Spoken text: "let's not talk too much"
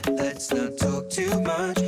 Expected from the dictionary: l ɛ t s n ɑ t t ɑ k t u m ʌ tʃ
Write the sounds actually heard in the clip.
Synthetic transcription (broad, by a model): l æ t s n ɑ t t ɑ k t u m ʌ tʃ